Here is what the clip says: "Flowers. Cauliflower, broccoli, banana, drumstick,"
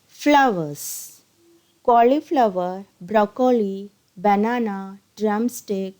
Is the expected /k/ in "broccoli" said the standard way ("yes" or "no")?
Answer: yes